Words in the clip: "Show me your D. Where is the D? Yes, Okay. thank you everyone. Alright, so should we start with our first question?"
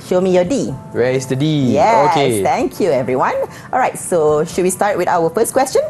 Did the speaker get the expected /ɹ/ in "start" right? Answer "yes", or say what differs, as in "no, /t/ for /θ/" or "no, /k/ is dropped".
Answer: yes